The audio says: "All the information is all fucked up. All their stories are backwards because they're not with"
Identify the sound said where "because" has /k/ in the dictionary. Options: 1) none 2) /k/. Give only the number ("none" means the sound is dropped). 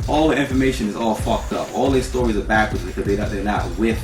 1